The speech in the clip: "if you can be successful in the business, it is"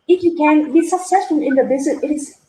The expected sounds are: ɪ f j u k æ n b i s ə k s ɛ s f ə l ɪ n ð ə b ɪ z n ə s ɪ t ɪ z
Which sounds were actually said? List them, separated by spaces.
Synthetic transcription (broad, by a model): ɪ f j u k æ n b i s ə k s ɛ s f ə l ɪ n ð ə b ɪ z ə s ɪ t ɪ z